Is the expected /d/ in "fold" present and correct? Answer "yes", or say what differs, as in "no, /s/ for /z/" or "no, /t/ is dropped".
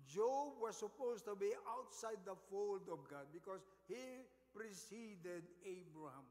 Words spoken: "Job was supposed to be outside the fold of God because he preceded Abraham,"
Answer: yes